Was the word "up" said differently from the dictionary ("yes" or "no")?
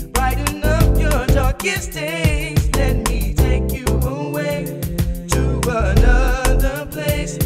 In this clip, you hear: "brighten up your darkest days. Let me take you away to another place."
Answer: yes